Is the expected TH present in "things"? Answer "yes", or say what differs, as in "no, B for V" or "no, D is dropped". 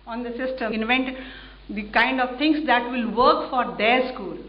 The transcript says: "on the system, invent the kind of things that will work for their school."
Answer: no, T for TH